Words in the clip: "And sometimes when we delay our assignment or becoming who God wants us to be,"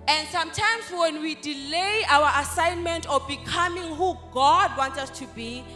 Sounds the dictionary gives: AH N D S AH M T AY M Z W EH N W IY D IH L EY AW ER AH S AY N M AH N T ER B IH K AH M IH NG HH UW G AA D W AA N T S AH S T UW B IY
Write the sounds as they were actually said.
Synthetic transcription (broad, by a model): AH N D S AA M T AY M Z W EH N W IY D IH L EY AW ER AH S AY N M AH N T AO B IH K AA M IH NG HH UW G AA D W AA N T AH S T UW B IY